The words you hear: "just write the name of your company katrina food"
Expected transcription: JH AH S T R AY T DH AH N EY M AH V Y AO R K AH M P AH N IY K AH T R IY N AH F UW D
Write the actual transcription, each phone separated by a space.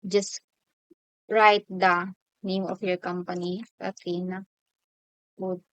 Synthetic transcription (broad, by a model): JH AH S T R AY T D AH N EY M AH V Y AO R K AH M P AH N IY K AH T IY N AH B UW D